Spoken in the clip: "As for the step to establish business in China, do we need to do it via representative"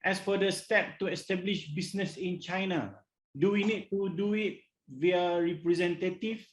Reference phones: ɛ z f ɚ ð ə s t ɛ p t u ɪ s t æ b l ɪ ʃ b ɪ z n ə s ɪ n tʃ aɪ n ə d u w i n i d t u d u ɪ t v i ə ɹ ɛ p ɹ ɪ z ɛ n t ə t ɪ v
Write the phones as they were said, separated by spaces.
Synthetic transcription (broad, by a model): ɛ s f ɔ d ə s t ɛ p t u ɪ s t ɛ b l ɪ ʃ b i s n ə s ɪ n tʃ aɪ n ə d u w i n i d t u d u ɪ t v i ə ɹ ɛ p ɹ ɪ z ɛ n t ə t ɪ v